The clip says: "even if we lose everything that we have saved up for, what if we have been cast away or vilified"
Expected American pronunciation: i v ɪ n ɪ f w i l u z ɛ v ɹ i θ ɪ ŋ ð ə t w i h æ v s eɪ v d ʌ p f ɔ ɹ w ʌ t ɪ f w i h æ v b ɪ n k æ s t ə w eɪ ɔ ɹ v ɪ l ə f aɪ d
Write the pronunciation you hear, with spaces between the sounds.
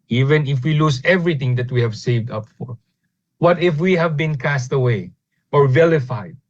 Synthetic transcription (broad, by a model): i v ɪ n ɪ f w i l u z ɛ v ɹ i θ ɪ ŋ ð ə t w i h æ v s eɪ v d ʌ p f ɔ ɹ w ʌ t ɪ f w i h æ v b ɪ n k æ s t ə w eɪ ɔ ɹ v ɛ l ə f aɪ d